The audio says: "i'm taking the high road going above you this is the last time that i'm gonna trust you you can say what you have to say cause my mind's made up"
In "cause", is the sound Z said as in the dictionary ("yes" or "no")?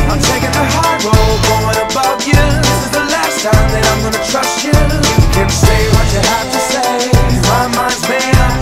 no